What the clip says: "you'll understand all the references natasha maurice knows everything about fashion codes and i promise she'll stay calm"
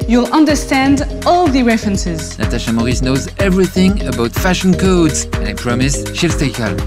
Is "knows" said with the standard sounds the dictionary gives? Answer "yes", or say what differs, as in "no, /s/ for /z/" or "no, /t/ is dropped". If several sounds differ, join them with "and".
yes